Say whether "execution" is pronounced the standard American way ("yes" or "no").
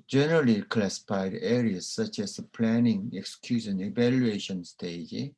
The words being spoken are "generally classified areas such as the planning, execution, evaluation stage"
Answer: no